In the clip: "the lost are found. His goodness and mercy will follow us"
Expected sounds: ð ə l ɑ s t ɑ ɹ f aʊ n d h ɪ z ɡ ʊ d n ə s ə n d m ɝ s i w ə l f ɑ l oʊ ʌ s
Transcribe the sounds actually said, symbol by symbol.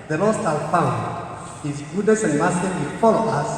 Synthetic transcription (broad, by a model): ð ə l ɑ s t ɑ l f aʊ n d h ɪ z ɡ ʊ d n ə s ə n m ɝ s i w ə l f ɑ l oʊ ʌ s